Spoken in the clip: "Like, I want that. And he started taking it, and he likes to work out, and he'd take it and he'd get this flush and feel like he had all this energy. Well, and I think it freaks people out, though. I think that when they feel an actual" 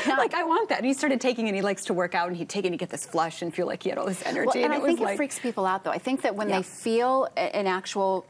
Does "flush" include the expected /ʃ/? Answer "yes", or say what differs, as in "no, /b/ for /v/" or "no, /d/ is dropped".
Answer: yes